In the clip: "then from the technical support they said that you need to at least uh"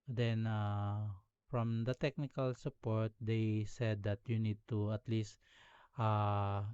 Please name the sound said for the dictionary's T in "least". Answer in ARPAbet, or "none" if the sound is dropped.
T